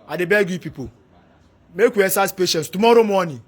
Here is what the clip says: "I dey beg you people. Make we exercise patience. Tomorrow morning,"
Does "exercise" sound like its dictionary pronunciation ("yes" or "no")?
no